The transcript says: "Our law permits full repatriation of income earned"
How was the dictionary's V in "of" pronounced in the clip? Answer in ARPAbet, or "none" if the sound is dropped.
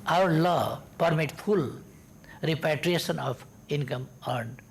P